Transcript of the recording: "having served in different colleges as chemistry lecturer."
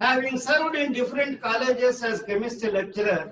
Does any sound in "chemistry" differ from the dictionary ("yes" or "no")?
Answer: yes